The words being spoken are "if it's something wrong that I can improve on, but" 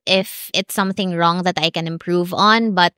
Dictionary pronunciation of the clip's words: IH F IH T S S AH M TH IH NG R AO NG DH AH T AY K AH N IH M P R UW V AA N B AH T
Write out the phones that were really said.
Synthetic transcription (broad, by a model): IH F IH T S S AH M TH IH NG R AO NG DH AH T AY K AH N IH M P R UW V AA N B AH T